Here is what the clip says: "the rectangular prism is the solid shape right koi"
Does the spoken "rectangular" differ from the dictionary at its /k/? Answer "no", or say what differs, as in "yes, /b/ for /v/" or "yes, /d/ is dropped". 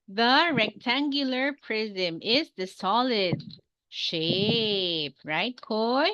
no